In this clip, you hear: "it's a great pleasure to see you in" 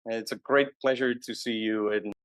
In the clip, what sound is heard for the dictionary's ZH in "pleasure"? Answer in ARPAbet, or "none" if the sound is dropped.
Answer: ZH